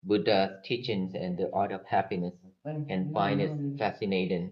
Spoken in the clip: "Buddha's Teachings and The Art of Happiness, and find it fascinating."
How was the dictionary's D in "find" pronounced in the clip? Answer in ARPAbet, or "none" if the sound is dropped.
none